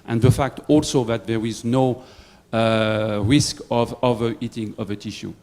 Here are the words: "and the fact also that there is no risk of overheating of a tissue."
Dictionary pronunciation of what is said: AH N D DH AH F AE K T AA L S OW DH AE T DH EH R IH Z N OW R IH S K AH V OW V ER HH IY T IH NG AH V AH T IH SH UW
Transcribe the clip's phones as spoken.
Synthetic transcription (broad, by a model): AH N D DH AH F AE K T AA L S OW DH AE T DH EH R IH Z N OW R IH S K AH V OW V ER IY T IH NG AH V AH T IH SH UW